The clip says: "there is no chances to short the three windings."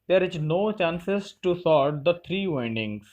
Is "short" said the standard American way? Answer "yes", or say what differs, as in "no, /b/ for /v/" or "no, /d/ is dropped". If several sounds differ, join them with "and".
no, /s/ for /ʃ/